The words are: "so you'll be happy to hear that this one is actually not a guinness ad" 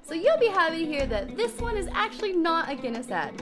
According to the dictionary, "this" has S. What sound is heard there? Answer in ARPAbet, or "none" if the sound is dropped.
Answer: S